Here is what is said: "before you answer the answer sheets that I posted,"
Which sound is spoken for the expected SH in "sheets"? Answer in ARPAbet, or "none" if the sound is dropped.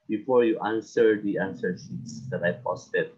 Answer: S